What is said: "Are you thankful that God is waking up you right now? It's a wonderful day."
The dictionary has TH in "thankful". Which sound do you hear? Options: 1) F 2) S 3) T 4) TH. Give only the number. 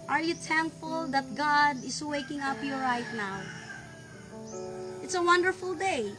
3